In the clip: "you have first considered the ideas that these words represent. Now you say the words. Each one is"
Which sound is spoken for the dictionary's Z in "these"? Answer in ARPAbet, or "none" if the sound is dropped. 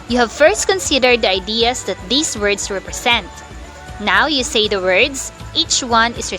S